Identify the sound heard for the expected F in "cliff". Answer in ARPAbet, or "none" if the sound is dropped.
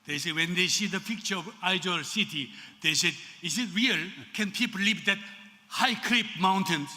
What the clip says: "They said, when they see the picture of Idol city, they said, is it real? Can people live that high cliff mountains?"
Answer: P